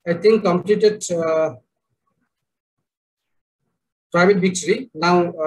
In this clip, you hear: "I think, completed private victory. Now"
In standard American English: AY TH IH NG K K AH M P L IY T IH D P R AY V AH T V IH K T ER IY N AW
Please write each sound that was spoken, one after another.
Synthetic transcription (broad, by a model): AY T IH NG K K AH M P L IY T IH D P R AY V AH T B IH K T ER IY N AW